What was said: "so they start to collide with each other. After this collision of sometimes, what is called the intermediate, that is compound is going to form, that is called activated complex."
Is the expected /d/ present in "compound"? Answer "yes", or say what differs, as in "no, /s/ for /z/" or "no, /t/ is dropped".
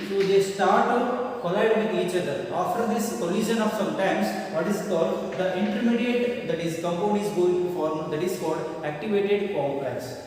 no, /d/ is dropped